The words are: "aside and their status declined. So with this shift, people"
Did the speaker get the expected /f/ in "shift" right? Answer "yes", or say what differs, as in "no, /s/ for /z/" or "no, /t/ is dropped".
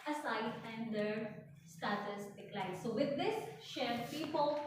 no, /f/ is dropped